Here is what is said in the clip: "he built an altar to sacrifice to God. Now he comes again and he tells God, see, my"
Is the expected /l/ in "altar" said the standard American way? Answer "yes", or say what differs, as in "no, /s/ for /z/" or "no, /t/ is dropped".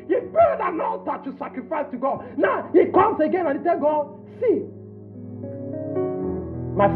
no, /n/ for /l/